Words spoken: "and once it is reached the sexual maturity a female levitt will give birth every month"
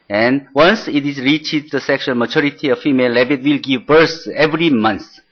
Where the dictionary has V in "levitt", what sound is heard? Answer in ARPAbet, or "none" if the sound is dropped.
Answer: B